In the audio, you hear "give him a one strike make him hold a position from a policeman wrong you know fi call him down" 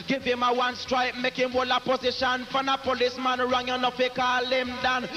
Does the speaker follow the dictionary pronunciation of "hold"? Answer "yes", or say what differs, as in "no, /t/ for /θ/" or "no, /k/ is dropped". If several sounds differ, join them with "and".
no, /d/ is dropped